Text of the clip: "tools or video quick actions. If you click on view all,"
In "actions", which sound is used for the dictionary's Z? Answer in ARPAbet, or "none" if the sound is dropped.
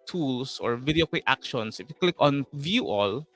S